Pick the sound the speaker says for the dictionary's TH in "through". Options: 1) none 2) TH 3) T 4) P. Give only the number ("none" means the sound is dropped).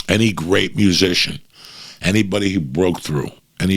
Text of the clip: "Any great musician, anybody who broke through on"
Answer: 2